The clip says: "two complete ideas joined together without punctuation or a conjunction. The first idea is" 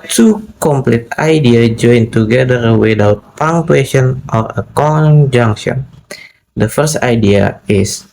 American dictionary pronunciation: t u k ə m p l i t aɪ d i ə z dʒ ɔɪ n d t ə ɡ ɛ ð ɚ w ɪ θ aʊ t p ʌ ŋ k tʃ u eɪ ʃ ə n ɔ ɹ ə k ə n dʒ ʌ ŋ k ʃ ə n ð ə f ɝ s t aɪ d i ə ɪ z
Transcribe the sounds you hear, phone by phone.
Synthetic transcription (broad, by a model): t u k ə m p l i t aɪ d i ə dʒ ɔɪ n t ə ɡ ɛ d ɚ w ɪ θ aʊ t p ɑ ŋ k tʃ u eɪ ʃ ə n ɔ ɹ ə k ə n dʒ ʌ ŋ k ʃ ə n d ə f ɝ s t aɪ d i ə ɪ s